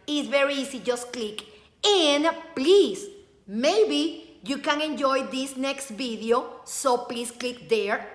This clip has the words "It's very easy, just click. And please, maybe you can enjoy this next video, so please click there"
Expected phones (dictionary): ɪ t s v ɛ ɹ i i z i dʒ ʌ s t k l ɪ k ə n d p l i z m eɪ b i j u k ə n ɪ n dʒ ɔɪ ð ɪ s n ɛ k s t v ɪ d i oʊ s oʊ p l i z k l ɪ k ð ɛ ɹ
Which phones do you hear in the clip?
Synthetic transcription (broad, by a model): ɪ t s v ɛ ɹ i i s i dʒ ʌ s k l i k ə n p l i s m eɪ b i j u k ə n ɪ n dʒ ɔɪ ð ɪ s n ɛ k s t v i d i oʊ s oʊ p l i s k l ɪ k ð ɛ ɹ